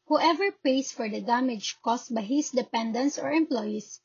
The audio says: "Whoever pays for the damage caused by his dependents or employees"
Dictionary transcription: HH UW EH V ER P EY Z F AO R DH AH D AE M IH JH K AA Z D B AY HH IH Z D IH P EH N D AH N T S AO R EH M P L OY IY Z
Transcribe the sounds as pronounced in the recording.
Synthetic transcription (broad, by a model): HH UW EH V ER P EY S F AO R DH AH D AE M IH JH K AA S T B AY HH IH S D IH P EH N D AH N T S AO R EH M P L OY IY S